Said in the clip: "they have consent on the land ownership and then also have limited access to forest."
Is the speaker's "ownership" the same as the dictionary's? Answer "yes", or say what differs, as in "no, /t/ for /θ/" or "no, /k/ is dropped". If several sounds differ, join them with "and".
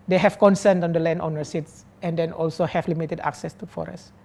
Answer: no, /s/ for /ʃ/